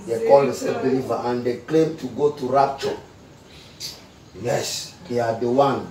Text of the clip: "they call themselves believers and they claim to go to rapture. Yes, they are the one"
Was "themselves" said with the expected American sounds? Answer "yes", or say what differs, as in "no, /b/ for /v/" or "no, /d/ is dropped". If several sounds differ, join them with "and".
no, /m/ is dropped and /l/ is dropped and /z/ is dropped